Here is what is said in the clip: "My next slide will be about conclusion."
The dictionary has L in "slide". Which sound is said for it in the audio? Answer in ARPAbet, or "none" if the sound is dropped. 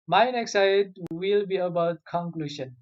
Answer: none